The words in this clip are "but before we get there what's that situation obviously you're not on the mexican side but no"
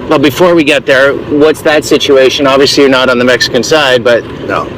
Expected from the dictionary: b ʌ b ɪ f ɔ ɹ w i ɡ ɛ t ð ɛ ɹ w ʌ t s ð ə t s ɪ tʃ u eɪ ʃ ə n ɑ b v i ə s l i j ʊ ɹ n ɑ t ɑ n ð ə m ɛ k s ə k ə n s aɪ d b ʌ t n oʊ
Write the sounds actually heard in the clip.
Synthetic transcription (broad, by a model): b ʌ b ɪ f ɔ ɹ w i ɡ ɛ t ð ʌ ɹ w ʌ t s ð ə t s ɪ tʃ u eɪ ʃ ə n ɑ b v i ə s l i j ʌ ɹ n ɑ t n ð ə m ɛ k s ə k ə n s aɪ d b ʌ t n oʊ